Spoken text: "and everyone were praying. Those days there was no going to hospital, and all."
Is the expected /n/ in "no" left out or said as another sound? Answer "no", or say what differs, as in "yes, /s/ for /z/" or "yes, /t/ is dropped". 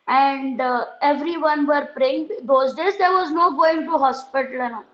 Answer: no